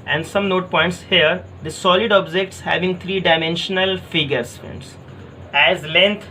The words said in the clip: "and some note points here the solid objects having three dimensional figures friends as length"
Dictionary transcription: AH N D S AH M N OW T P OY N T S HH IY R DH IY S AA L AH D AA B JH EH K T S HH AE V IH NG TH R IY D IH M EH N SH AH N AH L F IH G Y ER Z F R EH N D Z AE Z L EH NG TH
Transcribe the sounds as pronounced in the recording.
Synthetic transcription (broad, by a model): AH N D S AH M N OW T P OY N T S HH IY R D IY S AA L AH D AA B JH EH K T S HH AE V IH NG T R IY D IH M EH N SH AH N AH L F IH G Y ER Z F EH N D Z AE Z L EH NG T